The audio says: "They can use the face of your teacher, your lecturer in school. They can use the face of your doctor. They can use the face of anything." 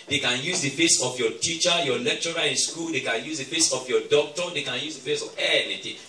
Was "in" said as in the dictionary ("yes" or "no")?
no